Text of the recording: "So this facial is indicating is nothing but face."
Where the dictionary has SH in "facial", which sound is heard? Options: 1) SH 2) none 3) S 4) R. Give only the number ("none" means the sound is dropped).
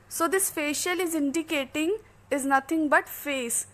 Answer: 1